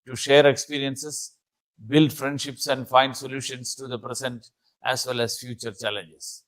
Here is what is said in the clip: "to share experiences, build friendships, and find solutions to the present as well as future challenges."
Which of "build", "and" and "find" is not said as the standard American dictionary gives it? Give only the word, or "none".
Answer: none